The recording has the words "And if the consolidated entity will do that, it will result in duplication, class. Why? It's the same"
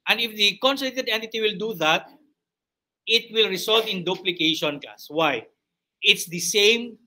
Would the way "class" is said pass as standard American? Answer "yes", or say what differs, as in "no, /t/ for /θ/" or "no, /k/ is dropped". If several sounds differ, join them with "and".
no, /l/ is dropped